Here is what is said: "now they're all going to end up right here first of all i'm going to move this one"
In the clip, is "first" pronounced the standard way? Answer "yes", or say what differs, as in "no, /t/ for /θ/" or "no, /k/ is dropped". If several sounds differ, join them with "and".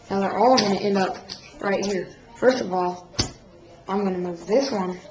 yes